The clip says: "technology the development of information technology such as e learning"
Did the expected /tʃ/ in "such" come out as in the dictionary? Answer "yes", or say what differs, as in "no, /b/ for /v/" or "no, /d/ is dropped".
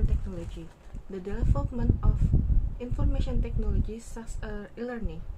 no, /s/ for /tʃ/